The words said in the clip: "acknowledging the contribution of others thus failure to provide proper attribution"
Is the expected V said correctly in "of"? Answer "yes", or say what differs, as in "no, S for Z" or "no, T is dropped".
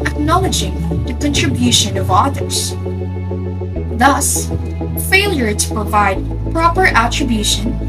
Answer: yes